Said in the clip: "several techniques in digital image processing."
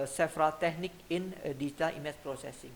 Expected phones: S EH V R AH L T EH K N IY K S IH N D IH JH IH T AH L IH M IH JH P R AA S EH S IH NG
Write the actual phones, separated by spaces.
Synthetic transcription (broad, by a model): S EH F R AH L T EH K N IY K IH N D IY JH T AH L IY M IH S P R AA S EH S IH NG